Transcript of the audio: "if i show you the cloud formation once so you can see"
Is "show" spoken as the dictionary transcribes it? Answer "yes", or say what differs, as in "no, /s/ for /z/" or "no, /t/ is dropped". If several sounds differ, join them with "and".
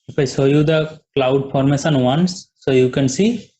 no, /s/ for /ʃ/